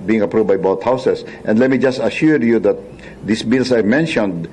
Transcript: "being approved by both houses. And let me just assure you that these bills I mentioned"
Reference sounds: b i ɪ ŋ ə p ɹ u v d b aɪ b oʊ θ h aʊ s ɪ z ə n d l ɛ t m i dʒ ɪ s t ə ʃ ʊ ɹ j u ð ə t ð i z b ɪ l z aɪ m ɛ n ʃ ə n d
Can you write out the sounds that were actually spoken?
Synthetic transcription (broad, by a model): b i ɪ ŋ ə p ɹ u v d b aɪ b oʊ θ h aʊ s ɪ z ə n d l ɛ t m i dʒ ɪ s t ə ʃ ʊ ɹ j u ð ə t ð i s b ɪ l s aɪ m ɛ n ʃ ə n d